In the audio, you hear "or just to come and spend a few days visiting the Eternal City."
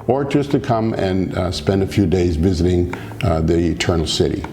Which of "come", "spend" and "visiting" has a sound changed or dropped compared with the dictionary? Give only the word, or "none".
none